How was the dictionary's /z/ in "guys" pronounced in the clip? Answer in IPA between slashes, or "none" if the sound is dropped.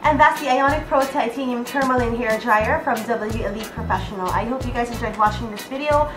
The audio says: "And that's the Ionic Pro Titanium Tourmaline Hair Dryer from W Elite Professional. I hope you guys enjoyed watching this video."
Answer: /z/